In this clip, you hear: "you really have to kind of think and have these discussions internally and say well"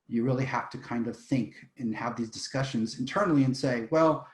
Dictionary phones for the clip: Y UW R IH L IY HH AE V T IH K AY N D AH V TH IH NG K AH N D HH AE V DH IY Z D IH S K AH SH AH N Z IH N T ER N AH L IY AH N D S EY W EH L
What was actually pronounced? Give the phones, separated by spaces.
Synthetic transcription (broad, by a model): Y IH R IH L IY HH AE F T IH K AY N D AH V TH IH NG K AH N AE V DH IY Z D IH S K AH SH AH N Z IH N T ER N L IY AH N S EY W EH L